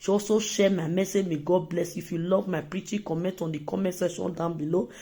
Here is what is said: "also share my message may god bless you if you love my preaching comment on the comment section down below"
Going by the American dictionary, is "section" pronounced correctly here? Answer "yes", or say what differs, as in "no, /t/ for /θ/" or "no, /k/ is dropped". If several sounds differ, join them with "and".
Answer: no, /k/ is dropped